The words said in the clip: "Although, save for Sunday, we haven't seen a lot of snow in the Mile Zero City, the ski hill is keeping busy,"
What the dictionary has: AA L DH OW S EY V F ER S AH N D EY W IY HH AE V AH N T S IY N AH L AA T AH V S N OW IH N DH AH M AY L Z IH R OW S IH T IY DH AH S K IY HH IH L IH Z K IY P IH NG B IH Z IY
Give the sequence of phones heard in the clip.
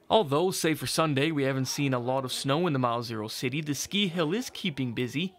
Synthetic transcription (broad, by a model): AA L DH OW S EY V F ER S AH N D EY W IY HH AE V AH N T S IY N AH L AA T AH V S N OW IH N DH AH M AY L Z IH R OW S IH T IY DH AH S K IY HH IH L IH Z K IY P IH NG B IH Z IY